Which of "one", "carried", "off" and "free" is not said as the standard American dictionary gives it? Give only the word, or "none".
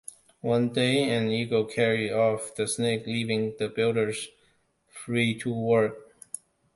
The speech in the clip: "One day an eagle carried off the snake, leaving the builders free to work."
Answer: carried